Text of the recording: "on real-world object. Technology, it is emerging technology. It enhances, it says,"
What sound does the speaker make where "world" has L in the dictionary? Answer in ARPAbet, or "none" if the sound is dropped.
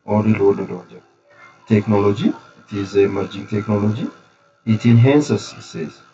none